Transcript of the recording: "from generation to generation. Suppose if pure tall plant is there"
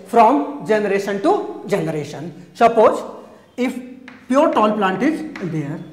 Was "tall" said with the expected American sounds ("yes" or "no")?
no